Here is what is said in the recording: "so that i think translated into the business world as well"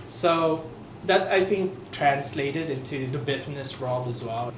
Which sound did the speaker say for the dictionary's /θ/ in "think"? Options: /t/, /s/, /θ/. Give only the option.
/θ/